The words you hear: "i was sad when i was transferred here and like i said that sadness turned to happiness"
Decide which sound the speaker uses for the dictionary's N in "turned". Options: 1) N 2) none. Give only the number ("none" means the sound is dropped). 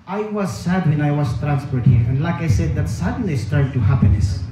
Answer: 2